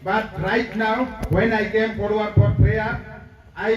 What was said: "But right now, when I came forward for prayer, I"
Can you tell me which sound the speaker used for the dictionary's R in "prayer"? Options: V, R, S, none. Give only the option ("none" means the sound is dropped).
none